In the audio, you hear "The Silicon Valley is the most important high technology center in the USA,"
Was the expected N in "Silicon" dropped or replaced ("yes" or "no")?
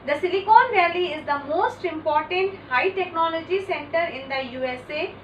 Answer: no